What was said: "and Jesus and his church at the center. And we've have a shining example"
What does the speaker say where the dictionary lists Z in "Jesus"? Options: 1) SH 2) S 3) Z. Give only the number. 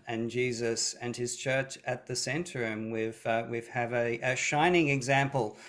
3